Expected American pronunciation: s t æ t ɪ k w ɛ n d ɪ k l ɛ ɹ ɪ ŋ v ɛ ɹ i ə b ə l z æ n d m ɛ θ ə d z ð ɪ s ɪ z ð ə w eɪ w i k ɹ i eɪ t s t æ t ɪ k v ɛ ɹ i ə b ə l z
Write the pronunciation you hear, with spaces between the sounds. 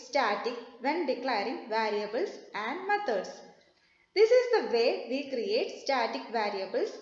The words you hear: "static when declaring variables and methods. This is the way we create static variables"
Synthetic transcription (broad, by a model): s t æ t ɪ k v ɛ n d ɪ k l ɛ ɹ ɪ ŋ v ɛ ɹ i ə b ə l s æ n d m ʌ t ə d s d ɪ s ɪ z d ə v eɪ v i k ɹ i eɪ t s t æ t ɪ k v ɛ ɹ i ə b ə l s